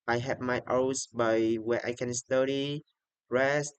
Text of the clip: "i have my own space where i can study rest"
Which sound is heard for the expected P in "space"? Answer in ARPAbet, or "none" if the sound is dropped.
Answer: B